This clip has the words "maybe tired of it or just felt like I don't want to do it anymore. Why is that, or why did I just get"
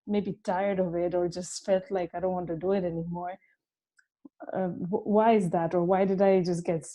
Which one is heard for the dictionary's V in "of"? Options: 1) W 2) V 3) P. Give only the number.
2